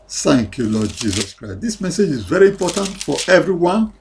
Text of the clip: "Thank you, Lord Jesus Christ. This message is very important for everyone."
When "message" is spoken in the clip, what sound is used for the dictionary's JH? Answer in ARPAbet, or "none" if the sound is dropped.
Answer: JH